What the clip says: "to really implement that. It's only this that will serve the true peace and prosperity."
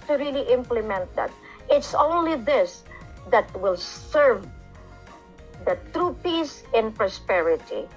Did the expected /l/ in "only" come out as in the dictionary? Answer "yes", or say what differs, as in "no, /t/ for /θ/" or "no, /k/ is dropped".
yes